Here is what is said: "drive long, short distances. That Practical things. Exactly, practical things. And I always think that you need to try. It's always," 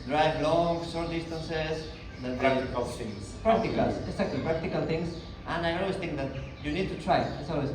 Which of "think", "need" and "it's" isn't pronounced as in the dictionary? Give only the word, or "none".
none